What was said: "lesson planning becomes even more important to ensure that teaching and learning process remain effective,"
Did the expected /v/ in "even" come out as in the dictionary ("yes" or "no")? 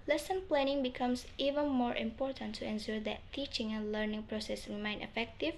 yes